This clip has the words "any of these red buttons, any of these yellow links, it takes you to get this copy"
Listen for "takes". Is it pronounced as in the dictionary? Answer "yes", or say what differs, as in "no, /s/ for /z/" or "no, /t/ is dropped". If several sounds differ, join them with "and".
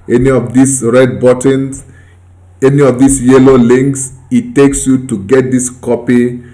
yes